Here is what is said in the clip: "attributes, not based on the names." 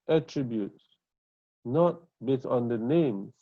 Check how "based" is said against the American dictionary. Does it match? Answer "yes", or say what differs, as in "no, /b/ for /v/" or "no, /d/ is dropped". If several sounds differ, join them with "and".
no, /s/ is dropped